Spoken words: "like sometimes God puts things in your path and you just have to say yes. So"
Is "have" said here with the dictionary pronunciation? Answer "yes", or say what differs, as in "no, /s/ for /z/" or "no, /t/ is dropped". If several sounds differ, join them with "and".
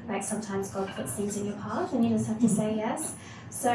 no, /f/ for /v/